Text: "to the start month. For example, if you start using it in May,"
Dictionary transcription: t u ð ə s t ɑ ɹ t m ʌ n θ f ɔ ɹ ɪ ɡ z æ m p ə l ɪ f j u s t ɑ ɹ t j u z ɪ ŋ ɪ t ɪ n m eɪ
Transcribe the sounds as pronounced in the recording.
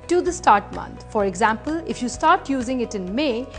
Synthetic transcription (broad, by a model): t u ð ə s t ɑ ɹ t m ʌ n t f ɔ ɹ ɪ ɡ z æ m p ə l ɪ f j u s t ɑ ɹ t j u z ɪ ŋ ɪ t ɪ n m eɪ